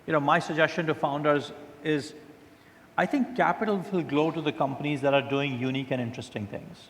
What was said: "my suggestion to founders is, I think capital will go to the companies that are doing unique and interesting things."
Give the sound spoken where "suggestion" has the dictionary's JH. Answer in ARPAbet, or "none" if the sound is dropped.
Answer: JH